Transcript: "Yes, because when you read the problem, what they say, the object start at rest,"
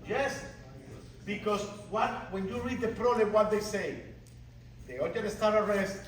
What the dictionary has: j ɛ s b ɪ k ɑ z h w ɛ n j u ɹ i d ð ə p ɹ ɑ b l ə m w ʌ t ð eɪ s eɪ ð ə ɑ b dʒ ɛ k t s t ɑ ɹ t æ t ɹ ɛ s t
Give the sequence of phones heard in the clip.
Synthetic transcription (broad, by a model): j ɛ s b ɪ k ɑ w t w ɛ n j u ɹ i d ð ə p ɹ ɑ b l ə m w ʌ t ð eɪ s eɪ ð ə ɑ dʒ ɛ t s t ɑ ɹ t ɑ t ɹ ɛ s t